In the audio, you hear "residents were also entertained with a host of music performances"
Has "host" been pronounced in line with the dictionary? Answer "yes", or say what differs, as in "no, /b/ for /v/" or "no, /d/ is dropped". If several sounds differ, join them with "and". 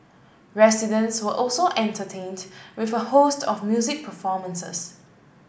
yes